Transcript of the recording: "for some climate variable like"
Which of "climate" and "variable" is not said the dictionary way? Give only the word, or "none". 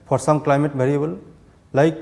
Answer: variable